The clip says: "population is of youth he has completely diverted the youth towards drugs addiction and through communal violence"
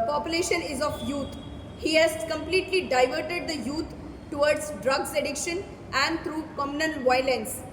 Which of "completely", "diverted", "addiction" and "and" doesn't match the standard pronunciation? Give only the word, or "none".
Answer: none